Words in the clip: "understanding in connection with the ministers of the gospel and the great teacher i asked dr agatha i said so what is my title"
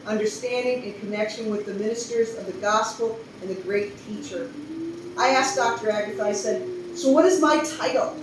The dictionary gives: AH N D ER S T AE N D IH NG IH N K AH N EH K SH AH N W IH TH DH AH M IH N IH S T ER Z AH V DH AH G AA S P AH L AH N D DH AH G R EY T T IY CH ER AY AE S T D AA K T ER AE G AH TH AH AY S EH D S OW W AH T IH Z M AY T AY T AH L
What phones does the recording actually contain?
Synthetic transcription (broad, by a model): AH N D ER S T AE N D IH NG IH N K AH N EH K SH AH N W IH DH AH M IH N IH S T ER Z AH V DH AH G AA S P L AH N DH AH G R EY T T IY CH ER AY AE S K D AA K T ER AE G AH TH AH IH S EH D S OW W AH T IH Z M AY T AY T L